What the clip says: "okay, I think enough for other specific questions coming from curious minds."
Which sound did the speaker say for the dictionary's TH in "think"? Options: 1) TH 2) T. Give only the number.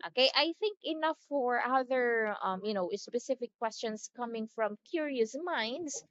1